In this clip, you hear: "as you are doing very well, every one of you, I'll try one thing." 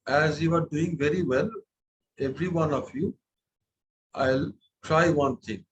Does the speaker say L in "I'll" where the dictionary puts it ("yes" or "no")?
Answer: yes